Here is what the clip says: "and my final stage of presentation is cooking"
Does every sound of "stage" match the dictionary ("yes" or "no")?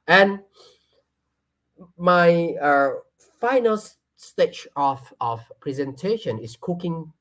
no